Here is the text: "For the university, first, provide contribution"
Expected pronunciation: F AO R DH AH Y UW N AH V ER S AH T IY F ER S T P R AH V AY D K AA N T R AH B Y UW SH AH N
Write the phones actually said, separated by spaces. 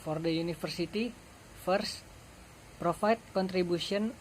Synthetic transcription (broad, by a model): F AO R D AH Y UW N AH F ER S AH T IY F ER S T P R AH F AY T K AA N T R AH B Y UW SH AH N